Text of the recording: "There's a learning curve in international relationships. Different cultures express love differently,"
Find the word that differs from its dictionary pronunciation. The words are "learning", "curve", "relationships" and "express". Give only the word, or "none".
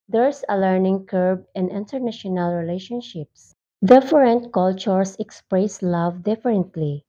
curve